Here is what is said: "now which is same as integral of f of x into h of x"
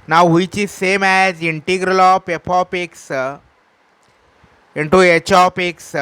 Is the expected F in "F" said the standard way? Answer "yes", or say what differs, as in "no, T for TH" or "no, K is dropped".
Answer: no, P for F